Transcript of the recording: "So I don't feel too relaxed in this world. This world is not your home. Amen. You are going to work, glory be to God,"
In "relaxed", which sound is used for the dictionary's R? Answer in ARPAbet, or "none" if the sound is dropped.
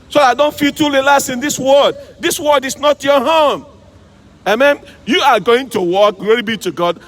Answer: L